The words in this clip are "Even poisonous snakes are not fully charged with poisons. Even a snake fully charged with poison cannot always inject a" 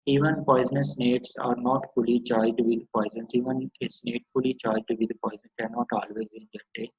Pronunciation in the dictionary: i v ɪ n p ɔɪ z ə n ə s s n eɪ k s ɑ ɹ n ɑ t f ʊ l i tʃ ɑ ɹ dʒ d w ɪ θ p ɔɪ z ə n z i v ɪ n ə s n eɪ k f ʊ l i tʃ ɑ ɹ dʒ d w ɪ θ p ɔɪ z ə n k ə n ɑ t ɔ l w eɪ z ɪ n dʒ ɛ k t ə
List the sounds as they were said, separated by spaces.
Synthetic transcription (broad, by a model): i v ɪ n p ɔɪ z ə n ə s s n eɪ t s ɑ ɹ n ɑ t f ʊ l i tʃ ɑ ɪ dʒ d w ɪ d p ɔɪ z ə n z i v ɪ n ə s n eɪ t f ʊ l i tʃ ɑ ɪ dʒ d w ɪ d p ɔɪ z ə n k ə n ɑ t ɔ l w eɪ z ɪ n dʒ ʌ t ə